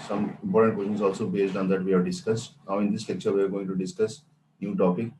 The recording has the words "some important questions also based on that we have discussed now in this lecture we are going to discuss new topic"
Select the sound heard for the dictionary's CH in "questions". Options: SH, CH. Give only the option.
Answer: SH